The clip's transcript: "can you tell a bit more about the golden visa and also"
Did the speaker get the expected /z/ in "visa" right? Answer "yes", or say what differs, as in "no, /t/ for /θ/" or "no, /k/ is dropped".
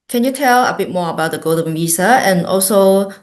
no, /s/ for /z/